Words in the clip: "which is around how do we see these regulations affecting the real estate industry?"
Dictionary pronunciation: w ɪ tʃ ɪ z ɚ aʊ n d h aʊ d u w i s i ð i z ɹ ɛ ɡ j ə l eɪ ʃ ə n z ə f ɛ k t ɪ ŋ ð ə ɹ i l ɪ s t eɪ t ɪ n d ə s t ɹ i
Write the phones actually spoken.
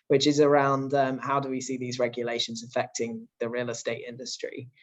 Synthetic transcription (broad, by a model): w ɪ tʃ ɪ z ɚ aʊ n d h aʊ d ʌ w i s i ð i z ɹ ɛ ɡ j ə l eɪ ʃ ə n z ə f ɛ k t ɪ ŋ ð ə ɹ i l ɪ s t eɪ t ɪ n d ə s t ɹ i